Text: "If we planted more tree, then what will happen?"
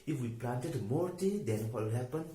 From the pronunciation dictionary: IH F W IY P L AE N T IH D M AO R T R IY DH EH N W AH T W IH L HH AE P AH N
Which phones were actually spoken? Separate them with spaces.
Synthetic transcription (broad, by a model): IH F W IY P L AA N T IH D M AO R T IY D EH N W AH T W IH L HH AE P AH N